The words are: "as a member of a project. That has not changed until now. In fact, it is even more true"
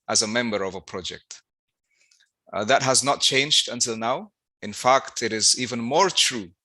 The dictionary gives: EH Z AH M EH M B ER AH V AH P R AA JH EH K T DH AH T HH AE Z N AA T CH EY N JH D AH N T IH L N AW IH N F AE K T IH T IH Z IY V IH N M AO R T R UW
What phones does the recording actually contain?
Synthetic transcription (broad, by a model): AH Z AH M EH M B ER AH V AH P R AA JH EH K T DH AH T HH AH Z N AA T CH EY N JH D AH N T IH L N AW IH N F AE K T IH T IH Z IY V IH N M AO R T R UW